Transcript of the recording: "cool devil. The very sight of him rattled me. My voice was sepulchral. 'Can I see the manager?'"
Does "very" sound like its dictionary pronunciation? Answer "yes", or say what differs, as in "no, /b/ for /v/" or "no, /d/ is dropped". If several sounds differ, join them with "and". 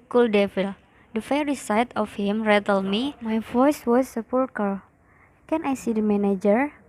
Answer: no, /f/ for /v/